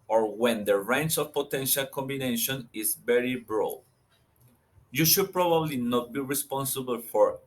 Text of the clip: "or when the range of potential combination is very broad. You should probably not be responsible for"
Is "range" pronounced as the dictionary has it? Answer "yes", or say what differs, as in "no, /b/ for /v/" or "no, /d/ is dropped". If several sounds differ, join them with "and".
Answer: no, /tʃ/ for /dʒ/